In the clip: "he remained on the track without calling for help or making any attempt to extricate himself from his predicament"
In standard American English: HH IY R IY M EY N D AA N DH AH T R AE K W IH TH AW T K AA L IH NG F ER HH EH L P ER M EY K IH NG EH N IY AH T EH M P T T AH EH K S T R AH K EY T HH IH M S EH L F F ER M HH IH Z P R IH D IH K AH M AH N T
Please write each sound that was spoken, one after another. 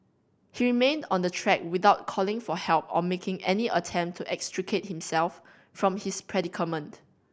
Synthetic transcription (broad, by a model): HH IY R IY M EY N D AA N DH AH T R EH K W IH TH AW T K AA L IH NG F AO HH EH L P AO M EY K IH NG EH N IY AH T EH M P T T EH K S T R AH K EY T HH IH M S EH L F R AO M HH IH S P R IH D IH K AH M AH N T